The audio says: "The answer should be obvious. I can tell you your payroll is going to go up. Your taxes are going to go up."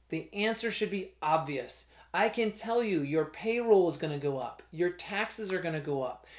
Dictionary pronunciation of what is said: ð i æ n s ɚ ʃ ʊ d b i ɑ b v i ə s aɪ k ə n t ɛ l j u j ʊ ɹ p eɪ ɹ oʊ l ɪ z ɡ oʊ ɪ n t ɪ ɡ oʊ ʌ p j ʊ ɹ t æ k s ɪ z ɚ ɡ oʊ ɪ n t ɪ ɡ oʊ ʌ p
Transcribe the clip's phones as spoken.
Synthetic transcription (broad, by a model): ð i æ n s ɚ ʃ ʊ d b i ɑ b v i ə s aɪ k ə n t ɛ l j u j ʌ ɹ p eɪ ɹ oʊ l ɪ z ɡ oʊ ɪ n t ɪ ɡ oʊ ʌ p j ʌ ɹ t æ k s ɪ z ɚ ɡ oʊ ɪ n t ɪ ɡ oʊ ʌ p